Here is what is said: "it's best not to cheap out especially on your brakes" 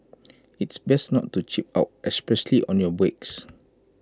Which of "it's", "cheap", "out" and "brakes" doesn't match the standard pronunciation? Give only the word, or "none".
brakes